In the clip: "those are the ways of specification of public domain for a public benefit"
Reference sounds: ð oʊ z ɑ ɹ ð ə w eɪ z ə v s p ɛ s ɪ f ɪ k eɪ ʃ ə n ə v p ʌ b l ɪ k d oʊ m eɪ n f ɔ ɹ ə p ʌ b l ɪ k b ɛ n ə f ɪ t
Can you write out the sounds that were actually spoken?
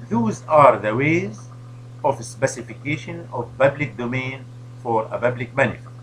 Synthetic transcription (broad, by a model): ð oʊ z ɑ ɹ ð ə w eɪ z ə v s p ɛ s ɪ f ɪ k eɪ ʃ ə n ə v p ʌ b l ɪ k d oʊ m eɪ n f ɔ ɹ ə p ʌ b l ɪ k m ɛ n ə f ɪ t